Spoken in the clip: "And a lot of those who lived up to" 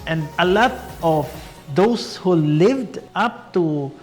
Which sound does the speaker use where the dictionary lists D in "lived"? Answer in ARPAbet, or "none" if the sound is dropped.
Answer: D